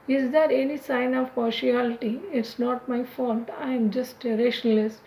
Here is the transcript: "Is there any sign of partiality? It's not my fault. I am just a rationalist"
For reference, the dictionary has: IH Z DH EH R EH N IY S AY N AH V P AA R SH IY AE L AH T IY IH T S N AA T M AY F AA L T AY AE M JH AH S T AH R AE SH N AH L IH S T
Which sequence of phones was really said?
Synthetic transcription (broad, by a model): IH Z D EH R EH N IY S AY N AH V P AA R SH IY AE L AH T IY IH T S N AA T M AY F AA L T AY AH M JH AH S T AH R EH SH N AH L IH S